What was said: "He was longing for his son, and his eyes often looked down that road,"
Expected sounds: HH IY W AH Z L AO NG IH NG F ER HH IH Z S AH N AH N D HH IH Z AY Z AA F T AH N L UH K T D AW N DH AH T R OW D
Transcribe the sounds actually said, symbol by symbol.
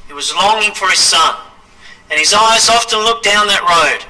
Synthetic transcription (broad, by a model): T W AH Z L AO NG IH NG F ER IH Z S AH N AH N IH Z AY Z AA F T AH N L UH K D AW N DH AH T R OW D